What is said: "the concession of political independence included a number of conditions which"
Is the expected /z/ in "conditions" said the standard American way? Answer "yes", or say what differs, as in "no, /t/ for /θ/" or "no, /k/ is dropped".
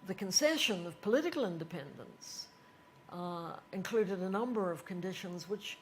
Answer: yes